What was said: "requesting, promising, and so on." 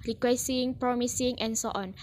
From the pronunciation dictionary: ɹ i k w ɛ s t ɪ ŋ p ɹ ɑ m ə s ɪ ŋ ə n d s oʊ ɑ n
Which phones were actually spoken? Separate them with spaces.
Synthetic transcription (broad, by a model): ɹ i k w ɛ s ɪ ŋ p ɹ ɑ m ə s ɪ ŋ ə n s oʊ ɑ n